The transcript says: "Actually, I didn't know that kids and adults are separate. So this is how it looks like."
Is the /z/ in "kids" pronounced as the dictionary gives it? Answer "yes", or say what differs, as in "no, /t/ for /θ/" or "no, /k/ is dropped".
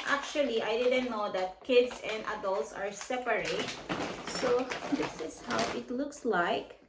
no, /s/ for /z/